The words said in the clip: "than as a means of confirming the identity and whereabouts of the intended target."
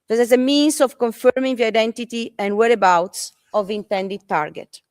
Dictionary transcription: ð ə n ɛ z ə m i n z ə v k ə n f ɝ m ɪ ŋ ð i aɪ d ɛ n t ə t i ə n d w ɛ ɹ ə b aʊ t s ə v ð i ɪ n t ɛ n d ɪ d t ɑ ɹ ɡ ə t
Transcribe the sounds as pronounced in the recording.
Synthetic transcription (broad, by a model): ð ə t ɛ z ə m i n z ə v k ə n f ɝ m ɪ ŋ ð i aɪ d ɛ n t ə t i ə n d w ɛ ɹ ə b aʊ t s ə v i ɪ n t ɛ n d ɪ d t ɑ ɹ ɡ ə t